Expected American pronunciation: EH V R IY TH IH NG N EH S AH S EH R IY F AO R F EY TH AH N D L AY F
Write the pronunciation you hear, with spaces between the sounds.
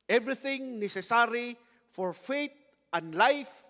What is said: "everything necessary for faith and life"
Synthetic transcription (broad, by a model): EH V R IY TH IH NG N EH S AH S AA R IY F AO R F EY T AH N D L AY F